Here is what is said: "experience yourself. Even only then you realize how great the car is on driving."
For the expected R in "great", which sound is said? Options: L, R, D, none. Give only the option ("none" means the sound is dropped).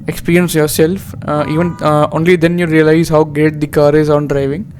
none